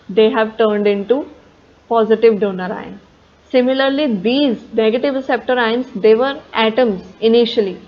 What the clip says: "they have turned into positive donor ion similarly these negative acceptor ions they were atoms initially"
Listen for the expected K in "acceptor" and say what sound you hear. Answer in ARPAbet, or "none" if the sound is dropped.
none